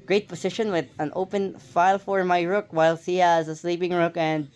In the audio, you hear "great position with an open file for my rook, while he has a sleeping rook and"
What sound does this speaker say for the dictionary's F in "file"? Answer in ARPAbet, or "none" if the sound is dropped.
F